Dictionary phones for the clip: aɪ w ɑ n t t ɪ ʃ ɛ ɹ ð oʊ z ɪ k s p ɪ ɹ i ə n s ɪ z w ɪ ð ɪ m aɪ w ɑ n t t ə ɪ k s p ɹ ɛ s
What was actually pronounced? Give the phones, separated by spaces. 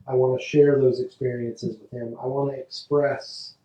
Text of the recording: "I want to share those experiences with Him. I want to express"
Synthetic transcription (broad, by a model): aɪ w ɑ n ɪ ʃ ɛ ɹ ð oʊ z ɪ k s p ɪ ɹ i ə n s ɪ z w ɪ ð ɪ m aɪ w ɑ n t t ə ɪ k s p ɹ ɛ s